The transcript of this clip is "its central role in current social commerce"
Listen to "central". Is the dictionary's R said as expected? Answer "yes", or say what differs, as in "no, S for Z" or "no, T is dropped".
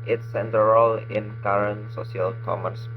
no, R is dropped